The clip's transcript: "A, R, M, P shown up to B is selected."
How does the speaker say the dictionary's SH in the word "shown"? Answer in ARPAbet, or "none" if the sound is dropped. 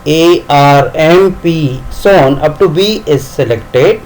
S